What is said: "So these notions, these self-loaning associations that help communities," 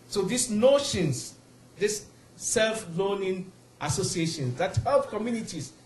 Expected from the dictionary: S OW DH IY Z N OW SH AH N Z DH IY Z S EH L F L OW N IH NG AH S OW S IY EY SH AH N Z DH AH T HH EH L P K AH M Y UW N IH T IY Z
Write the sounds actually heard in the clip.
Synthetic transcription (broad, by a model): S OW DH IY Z N OW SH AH N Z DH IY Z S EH L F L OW N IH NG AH S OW S IY EY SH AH N S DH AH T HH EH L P K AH M Y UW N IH T IY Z